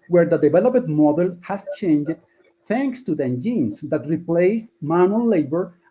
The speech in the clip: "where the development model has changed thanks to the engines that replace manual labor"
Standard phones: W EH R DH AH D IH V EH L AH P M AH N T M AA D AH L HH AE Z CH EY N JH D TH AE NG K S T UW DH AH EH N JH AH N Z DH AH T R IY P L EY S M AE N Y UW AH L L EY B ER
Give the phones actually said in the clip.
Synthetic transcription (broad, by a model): W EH R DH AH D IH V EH L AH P AH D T M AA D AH L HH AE S CH EY N JH D TH AE NG K S T UW DH AH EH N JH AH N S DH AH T R IY P L EY S M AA N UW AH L L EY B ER